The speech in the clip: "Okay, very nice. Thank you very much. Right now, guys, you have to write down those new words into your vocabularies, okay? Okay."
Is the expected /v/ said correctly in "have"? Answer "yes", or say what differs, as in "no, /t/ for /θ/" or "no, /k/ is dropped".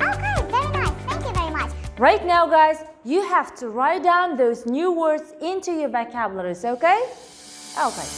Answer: no, /f/ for /v/